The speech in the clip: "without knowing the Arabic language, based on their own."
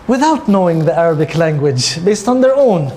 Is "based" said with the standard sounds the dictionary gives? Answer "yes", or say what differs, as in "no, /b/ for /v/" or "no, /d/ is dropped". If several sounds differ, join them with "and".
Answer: yes